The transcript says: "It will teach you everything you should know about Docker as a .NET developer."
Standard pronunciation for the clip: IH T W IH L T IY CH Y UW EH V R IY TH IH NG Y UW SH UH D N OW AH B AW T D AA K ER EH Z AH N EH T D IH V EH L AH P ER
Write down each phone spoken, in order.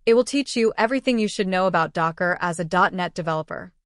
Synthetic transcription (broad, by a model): IH T W IH L T IY CH Y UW EH V R IY TH IH NG Y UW SH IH D N OW AH B AW T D AA K ER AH Z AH N EH T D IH V EH L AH P ER